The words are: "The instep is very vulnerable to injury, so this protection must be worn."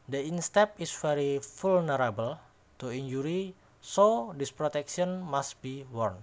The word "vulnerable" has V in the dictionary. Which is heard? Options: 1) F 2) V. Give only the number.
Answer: 1